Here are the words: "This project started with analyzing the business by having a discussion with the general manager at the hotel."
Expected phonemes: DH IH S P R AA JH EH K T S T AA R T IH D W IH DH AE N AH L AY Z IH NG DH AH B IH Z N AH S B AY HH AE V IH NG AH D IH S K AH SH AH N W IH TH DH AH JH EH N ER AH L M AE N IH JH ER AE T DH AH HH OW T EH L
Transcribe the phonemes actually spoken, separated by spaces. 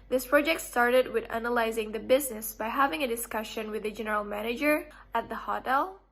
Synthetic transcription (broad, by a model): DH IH S P R AA JH EH K T S T AA R T IH D W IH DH AE N AH L AY Z IH NG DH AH B IH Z N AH S B AY HH AE V IH NG AH D IH S K AH SH AH N W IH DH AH JH EH N ER AH L M AE N IH JH ER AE T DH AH HH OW T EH L